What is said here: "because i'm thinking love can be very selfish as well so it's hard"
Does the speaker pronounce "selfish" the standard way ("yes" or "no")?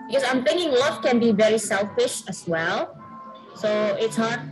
yes